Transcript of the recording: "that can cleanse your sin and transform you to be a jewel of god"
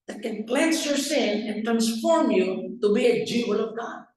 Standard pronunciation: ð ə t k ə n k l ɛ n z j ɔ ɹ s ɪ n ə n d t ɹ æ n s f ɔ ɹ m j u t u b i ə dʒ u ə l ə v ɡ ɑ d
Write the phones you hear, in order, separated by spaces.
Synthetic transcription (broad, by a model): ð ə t k ə n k l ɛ n s j ɔ ɹ s ɪ n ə n t ɹ æ n s f ɔ ɹ m j u t u b i ə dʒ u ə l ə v ɡ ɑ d